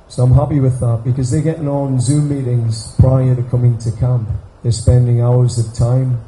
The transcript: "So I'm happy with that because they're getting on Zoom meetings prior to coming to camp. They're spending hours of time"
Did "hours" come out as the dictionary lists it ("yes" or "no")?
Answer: yes